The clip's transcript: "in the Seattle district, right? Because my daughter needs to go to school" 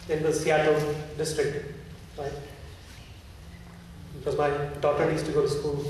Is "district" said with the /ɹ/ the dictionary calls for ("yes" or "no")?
yes